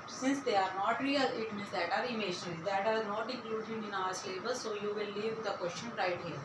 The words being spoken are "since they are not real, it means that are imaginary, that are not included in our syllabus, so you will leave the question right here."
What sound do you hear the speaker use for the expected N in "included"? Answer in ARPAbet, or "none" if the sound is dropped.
none